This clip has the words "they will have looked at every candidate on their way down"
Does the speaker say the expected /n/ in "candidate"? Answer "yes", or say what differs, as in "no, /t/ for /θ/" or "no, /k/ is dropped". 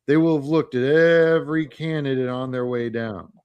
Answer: yes